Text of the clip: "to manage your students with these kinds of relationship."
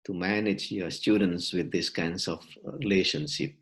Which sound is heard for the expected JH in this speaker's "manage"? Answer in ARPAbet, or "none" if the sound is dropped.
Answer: JH